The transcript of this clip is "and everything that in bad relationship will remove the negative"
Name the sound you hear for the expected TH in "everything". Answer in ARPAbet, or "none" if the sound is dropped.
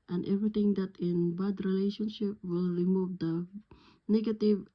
T